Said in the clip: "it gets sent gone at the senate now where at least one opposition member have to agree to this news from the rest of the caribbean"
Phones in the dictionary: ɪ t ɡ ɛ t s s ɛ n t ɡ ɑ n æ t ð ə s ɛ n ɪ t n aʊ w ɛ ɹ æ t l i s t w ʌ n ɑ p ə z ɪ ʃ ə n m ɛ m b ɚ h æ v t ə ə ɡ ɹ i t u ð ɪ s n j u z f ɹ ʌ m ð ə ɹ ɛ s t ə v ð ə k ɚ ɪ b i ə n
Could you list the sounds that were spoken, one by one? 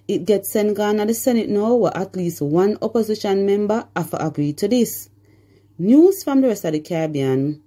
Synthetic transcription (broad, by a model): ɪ t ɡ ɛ t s s ɛ n t ɡ ɑ n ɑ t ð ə s ɛ n ɪ t n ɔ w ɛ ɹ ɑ t l i s t w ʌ n ɑ p ə z ɪ ʃ ə n m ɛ m b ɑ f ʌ t ə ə ɡ ɹ i t u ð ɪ s n j u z f ɹ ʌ m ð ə ɹ ɛ s t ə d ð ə k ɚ b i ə n